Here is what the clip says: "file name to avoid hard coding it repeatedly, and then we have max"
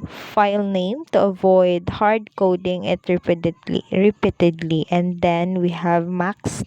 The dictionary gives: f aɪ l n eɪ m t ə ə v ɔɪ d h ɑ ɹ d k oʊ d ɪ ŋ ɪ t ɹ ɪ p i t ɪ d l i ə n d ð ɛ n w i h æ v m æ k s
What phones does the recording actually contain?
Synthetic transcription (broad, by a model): f aɪ l n eɪ m t ə ə v ɔɪ d h ɑ ɹ d k oʊ d ɪ ŋ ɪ t ɹ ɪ p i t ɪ d l i ə n d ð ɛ n w i h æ v m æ k s